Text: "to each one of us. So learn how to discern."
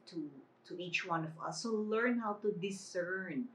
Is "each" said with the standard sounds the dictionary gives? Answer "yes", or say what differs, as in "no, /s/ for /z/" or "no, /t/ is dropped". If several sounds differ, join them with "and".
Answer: yes